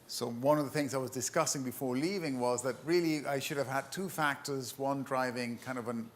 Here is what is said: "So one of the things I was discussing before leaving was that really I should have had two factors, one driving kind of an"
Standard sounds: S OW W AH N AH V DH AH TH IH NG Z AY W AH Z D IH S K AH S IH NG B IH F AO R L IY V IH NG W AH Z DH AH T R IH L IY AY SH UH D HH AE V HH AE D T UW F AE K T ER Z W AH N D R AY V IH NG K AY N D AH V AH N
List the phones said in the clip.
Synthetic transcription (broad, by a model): S OW W AH N AH V DH AH TH IH NG Z AY W AH Z D IH S K AH S IH NG B IH F AO R L IY V IH NG W AH Z DH AH T R IH L IY AY SH UH D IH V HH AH D T UW F AE K T ER Z W AH N D R AY V IH NG K AY N D AH V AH N